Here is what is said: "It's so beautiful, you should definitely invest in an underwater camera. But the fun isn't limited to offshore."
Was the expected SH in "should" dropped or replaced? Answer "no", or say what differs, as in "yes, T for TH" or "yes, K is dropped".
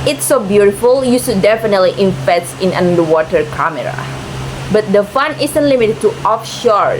yes, S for SH